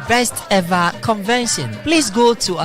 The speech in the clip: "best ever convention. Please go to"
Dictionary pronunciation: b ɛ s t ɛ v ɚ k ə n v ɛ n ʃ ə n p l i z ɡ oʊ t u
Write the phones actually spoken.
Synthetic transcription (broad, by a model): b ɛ s t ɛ v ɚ k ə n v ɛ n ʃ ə n p l i s ɡ oʊ t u